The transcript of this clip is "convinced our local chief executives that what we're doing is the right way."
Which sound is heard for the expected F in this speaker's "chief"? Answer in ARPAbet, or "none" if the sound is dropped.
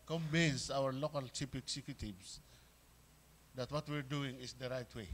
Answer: P